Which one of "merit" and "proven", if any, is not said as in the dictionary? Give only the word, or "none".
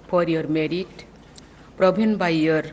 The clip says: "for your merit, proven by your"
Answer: proven